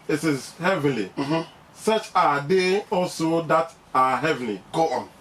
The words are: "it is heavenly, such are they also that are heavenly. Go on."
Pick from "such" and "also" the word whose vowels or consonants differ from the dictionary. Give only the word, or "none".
none